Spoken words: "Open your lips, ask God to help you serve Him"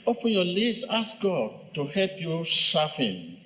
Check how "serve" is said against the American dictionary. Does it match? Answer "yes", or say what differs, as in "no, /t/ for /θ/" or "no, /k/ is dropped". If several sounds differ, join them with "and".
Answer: no, /f/ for /v/